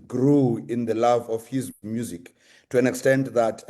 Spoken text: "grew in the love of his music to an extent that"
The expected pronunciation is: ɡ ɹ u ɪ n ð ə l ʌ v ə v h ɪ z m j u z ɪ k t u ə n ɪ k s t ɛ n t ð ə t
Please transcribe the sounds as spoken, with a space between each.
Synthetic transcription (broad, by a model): ɡ ɹ u ɪ n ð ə l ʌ v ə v h ɪ z m j u z ɪ k t u ə n ɪ k s t ɛ n t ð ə t